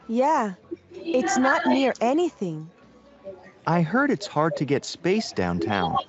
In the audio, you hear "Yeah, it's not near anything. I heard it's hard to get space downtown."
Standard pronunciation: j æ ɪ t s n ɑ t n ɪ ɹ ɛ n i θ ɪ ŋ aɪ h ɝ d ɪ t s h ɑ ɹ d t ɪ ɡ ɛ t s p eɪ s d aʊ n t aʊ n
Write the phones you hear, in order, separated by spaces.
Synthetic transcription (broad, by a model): j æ ɪ t s n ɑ t n ɪ ɹ ɛ n i θ ɪ ŋ aɪ h ɝ d ɪ t s h ɑ ɹ d t ɪ ɡ ɛ t s p eɪ s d aʊ n t aʊ n